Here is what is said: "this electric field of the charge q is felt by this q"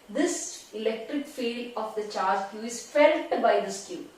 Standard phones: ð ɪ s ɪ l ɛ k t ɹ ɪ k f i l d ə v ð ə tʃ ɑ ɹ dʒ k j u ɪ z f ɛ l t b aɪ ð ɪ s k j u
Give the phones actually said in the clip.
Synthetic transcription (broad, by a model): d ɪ s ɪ l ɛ k t ɪ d f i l ə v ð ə tʃ ɑ ɹ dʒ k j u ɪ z f ɛ l t b aɪ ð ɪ s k j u